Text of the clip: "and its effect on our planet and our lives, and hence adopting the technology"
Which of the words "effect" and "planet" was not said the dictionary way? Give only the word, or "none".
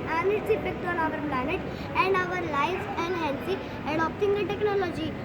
effect